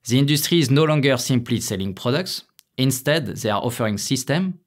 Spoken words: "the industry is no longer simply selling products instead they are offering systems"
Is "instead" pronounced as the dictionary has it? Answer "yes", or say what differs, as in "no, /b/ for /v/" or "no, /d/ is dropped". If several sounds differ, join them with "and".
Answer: yes